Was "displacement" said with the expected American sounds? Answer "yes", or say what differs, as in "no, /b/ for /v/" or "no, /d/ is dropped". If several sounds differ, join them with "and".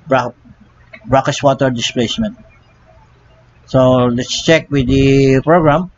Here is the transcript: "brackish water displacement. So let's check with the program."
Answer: yes